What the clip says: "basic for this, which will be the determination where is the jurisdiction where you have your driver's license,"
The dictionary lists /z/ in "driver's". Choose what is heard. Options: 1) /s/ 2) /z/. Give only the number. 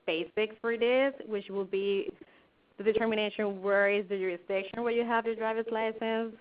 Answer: 1